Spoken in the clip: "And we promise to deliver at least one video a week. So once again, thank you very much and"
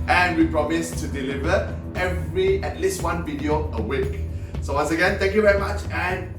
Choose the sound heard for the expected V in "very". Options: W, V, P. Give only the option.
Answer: V